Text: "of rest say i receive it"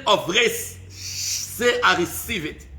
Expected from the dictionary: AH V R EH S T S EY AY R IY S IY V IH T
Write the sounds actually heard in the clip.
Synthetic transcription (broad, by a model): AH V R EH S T S EY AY R IY S IY V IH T